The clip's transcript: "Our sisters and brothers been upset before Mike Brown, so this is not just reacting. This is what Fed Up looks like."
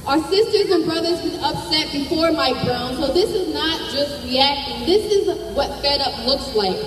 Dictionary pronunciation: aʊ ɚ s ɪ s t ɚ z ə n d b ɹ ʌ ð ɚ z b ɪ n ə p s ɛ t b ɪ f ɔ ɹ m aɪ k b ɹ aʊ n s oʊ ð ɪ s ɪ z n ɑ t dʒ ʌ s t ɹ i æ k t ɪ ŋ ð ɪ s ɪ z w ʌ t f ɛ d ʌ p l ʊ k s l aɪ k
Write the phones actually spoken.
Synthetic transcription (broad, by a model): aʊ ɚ s ɪ s t ɚ z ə n b ɹ ʌ ð ɚ z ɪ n ə p s ɛ t b ɪ f ɔ ɹ m aɪ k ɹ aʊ n s oʊ ð ɪ s ɪ z n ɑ t dʒ ʌ s t ɹ i æ k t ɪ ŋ ð ɪ s ɪ z w ʌ t f ɛ d ʌ p l ʊ k s l aɪ k